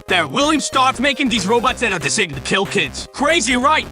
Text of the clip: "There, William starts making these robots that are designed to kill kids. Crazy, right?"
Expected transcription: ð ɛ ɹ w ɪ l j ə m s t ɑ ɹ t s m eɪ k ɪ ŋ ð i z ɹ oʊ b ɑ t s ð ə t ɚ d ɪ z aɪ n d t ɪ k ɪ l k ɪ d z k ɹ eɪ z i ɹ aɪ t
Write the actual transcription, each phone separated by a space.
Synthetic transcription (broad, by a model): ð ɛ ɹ w ɪ l j ə m s t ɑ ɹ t m eɪ k ɪ ŋ ð i z ɹ oʊ b ɑ t s ð ə t ɚ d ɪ s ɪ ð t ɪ k ɪ l k ɪ d z k ɹ eɪ z i ɹ aɪ t